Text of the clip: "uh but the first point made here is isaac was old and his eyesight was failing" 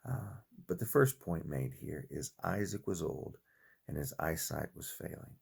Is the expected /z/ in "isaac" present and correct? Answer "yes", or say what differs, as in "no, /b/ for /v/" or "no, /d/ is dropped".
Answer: yes